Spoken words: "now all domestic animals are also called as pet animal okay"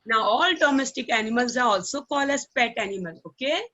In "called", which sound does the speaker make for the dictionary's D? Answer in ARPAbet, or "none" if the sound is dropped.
none